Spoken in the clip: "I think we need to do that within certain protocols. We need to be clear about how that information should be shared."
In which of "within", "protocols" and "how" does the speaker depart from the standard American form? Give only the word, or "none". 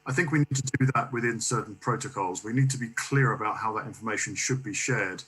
none